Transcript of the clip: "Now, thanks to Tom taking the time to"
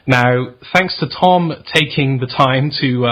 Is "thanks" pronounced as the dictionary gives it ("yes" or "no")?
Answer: yes